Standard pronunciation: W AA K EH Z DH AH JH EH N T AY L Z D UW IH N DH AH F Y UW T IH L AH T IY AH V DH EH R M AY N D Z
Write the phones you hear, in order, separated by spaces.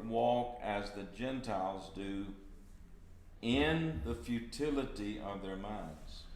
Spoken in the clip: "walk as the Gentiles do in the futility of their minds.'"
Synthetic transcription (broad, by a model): W AA K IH Z DH AH JH EH N T AY L Z D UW IH N DH AH F Y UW T IH L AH T IY AH V DH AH R M AY N D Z